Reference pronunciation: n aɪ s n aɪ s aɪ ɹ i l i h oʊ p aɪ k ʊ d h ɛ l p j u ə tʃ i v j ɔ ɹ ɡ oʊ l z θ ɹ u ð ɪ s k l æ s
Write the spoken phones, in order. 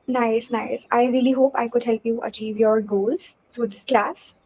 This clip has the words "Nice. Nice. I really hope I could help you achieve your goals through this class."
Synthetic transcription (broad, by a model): n aɪ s n aɪ s aɪ ɹ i l i h oʊ p aɪ k ʊ d h ɛ l p j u ə tʃ i v j ɔ ɹ ɡ oʊ l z t ɹ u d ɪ s k l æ s